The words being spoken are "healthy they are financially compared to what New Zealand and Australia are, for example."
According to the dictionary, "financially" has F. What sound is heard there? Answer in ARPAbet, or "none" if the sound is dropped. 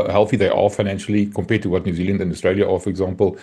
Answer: F